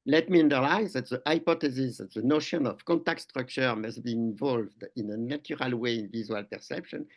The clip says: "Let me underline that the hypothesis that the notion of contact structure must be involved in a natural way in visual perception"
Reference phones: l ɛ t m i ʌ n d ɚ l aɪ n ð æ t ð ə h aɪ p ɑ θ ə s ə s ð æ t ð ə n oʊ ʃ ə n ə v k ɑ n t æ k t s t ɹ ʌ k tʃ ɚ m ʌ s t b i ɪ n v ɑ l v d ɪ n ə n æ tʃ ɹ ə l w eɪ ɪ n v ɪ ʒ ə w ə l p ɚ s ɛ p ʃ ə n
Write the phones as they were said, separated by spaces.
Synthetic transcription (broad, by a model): l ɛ t m i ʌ n d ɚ l aɪ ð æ t ð ə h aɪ p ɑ t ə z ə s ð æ t ð ə n oʊ ʃ ə n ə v k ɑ n t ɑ k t s t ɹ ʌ k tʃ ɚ m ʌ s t b i ɪ n v ɑ l v d ɪ n ə n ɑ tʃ ɹ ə l w eɪ ɪ n v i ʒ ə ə l p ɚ s ɛ p ʃ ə n